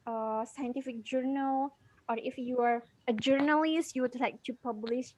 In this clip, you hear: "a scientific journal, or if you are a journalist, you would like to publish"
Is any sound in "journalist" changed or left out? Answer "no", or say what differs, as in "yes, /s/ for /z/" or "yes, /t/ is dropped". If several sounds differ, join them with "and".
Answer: no